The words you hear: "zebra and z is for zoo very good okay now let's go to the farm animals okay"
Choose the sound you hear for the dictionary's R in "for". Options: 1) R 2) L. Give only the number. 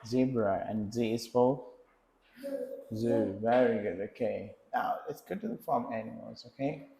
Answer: 2